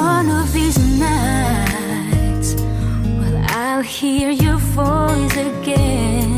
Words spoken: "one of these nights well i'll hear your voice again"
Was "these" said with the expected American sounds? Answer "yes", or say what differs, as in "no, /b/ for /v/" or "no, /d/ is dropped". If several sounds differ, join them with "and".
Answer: yes